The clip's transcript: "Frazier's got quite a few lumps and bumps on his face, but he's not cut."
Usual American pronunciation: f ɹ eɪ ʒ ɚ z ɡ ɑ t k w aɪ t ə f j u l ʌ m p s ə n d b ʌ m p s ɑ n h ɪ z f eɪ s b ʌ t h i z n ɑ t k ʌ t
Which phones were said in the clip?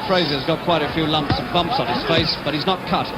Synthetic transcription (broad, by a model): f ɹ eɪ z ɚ z ɡ ɑ t k w aɪ t ə f j u l ʌ m p s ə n b ʌ m p s n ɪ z f eɪ s b ʌ t h i z n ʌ t k ʌ t